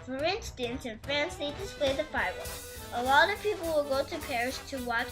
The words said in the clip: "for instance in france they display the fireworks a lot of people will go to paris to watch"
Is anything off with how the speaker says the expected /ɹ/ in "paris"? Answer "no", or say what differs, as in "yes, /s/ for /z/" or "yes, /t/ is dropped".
no